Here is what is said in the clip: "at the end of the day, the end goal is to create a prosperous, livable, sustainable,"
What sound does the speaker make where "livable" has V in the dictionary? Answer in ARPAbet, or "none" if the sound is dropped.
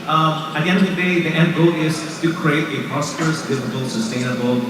F